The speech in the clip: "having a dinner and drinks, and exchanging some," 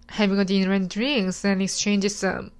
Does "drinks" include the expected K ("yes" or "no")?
no